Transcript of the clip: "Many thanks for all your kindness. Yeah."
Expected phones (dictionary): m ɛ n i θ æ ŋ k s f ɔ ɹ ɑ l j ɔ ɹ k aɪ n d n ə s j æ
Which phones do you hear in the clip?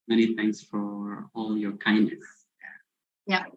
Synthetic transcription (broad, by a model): m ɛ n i θ æ ŋ k s f ɔ ɹ ɑ l j ɔ ɹ k aɪ n d n ə s j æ